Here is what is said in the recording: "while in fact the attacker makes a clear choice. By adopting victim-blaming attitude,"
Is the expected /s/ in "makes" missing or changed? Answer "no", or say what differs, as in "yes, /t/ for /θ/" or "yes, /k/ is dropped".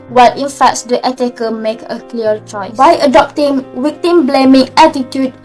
yes, /s/ is dropped